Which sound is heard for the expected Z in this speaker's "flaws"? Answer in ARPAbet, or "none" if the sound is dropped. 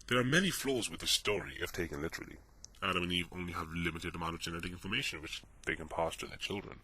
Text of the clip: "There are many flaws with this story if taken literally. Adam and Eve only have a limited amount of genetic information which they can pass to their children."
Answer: Z